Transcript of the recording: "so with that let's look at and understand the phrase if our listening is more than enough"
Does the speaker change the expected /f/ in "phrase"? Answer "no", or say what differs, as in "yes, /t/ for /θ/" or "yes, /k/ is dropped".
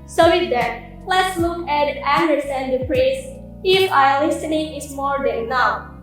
yes, /p/ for /f/